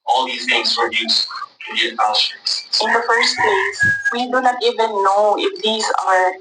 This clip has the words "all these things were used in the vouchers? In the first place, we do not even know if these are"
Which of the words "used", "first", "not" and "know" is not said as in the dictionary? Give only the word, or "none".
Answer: used